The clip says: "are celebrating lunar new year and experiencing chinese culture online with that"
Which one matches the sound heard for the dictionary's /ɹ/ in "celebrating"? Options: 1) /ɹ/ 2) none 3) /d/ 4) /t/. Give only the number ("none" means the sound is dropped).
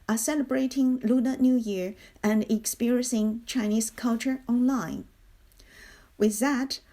1